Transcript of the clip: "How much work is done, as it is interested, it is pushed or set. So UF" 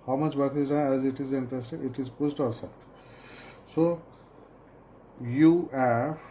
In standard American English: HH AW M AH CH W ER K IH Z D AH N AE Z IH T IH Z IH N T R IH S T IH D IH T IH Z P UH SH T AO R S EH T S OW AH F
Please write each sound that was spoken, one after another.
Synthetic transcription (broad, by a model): HH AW M AH CH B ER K IH Z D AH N AE Z IH T IH Z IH N T R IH S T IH IH T IH Z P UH S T AO R S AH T S OW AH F